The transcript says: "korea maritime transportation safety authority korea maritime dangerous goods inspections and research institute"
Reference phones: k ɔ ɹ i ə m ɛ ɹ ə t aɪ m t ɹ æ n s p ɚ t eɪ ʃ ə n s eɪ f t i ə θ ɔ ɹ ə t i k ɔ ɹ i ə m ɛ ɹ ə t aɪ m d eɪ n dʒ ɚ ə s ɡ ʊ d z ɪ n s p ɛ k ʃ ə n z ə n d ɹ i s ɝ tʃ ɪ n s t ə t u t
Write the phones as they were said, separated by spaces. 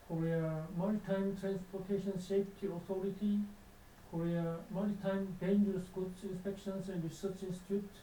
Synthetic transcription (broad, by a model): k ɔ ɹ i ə m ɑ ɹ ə t aɪ m t ɹ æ n s p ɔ t eɪ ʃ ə n ʃ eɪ p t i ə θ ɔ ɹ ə t i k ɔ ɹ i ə m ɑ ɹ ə t aɪ m d eɪ n dʒ ɚ ə s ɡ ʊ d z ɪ n s p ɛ k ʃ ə n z ə n d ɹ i s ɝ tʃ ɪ n s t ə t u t